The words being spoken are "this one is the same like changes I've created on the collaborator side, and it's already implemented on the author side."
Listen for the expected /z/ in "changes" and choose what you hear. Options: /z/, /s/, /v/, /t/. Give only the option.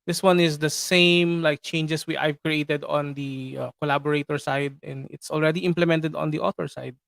/s/